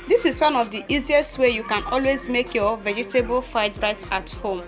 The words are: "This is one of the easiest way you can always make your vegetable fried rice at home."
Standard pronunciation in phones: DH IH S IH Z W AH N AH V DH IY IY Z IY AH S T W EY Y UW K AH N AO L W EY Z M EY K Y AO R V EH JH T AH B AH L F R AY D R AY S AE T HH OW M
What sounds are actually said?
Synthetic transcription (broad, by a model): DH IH S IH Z W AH N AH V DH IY IY Z IY AH S T W EY Y UW K AH N AO L W EY Z M EY K Y AO V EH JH T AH B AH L F AY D R AY S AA T HH OW M